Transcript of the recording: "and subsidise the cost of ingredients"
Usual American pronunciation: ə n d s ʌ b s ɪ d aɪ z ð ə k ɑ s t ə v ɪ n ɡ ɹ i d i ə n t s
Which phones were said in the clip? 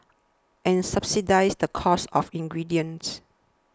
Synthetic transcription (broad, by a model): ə n s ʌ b s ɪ d aɪ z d ə k ɑ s ə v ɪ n ɡ ɹ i d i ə n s